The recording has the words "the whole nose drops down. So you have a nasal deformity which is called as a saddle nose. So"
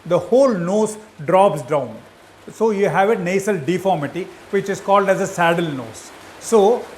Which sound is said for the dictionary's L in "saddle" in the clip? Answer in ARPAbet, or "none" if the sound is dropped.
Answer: L